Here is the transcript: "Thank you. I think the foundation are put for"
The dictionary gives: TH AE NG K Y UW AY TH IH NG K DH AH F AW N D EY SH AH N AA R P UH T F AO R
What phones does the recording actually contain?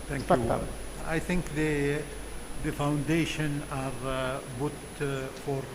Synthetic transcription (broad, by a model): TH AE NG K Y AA AY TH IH NG K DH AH F AW N D EY SH AH N AA R B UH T F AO R